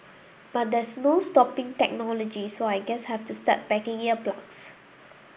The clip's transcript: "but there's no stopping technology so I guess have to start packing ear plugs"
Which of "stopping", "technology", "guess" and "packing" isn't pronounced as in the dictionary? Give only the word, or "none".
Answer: packing